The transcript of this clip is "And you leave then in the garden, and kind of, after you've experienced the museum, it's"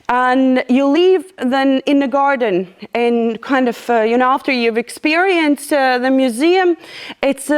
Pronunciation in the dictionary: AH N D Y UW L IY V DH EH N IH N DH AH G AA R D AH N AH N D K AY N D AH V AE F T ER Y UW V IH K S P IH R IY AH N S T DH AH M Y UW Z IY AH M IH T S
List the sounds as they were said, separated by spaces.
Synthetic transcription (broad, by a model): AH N Y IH L IY V DH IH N IH N DH AH G AA R D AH N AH N K AY N D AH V AE F T ER Y UW V IH K S P IH R IY AH N S T DH AH M Y UW Z IY AH M IH T S